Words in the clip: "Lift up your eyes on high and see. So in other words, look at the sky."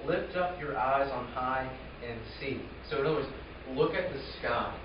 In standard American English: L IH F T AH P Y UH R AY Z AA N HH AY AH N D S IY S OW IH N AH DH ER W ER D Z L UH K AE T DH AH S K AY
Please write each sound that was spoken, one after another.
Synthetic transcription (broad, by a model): L IH F T AH P Y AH R AY Z N HH AY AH N S IY S OW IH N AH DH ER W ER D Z L UH K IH T DH AH S K AY